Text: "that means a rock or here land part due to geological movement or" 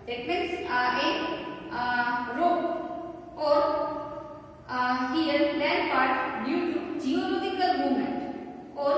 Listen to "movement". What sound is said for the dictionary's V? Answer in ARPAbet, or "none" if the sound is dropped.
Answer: none